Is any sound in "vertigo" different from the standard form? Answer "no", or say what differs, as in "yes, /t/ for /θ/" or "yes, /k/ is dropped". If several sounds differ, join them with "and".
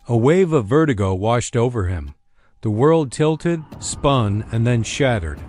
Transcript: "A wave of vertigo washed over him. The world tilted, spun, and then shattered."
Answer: no